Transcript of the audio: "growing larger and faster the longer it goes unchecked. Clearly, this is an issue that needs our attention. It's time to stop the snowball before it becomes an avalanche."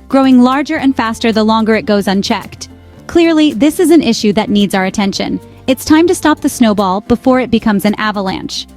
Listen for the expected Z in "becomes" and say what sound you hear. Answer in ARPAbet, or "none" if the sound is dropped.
Z